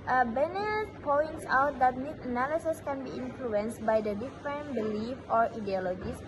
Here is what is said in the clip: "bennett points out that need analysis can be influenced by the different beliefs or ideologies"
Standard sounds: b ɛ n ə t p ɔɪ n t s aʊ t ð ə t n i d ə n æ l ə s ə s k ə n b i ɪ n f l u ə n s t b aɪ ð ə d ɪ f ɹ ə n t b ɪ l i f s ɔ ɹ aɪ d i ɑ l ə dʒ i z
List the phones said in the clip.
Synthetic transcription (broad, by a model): b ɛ n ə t p ɔɪ n t s aʊ t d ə t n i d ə n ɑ l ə s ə s k ə n b i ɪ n f l u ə n s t b aɪ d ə d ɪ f ɹ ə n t b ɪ l i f ɔ ɹ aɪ d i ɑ l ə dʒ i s